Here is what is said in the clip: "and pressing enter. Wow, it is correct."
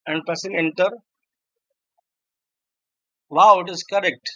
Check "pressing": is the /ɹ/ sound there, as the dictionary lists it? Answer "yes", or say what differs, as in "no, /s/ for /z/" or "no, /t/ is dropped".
no, /ɹ/ is dropped